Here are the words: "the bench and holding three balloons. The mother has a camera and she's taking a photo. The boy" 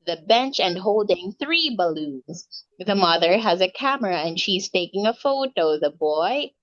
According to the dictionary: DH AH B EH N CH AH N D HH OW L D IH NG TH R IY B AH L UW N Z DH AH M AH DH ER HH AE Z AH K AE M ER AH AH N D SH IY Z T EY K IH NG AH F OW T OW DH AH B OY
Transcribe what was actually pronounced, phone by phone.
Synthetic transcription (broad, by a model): DH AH B EH N CH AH N HH OW L D IH NG TH R IY B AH L UW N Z DH AH M AH DH ER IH Z AH K AE M ER AH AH N SH IY Z T EY K IH NG AH F OW T OW DH AH B OY